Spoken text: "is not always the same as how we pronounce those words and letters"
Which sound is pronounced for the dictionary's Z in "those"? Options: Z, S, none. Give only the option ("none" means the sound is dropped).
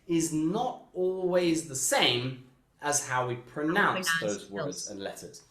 Z